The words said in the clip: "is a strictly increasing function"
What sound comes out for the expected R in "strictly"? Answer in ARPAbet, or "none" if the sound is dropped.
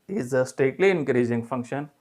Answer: none